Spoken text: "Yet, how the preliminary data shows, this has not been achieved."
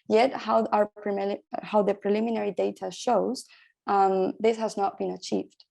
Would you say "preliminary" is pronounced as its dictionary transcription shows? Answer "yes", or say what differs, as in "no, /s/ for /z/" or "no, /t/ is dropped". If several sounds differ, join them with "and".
yes